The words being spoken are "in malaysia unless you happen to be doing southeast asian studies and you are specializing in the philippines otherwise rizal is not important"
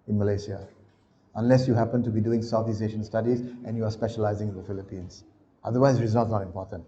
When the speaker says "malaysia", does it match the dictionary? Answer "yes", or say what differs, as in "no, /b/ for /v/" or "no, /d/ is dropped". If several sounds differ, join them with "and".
no, /s/ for /ʒ/